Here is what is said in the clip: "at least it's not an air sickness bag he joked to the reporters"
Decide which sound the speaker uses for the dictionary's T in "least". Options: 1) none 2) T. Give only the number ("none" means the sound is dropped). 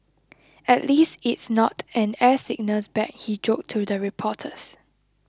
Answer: 2